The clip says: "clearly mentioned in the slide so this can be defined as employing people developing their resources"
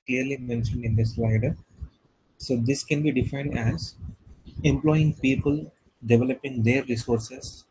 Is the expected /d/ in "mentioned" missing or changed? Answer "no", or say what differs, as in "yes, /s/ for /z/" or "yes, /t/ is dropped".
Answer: no